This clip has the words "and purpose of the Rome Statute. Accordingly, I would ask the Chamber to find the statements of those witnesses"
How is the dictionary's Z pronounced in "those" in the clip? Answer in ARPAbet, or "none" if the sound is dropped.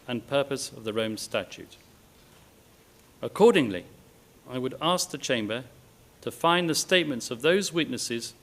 Z